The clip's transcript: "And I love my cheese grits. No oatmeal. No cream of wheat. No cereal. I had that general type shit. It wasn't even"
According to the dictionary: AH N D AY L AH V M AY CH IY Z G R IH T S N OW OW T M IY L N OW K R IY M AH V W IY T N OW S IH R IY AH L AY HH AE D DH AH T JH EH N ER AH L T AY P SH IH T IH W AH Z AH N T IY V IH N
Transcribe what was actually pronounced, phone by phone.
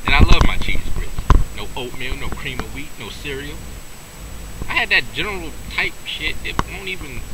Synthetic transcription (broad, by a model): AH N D AY L AH V M AY CH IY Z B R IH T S N OW OW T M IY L N OW K R IY M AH W IY T N OW S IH R IY L AY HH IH D DH AH T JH EH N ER L T AY P SH IH T IH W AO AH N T IY V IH N